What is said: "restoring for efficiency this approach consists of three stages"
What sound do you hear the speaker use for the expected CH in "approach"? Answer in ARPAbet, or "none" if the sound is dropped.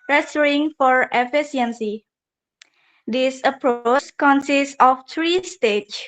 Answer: S